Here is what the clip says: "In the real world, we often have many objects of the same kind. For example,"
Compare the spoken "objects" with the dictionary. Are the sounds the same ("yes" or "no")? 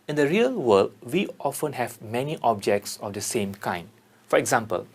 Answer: yes